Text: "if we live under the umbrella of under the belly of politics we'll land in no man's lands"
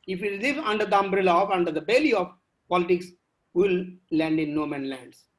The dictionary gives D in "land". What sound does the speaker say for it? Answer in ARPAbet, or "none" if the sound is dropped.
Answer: D